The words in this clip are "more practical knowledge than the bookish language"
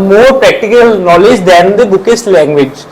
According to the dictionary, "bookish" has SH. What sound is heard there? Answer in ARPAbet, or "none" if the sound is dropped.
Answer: S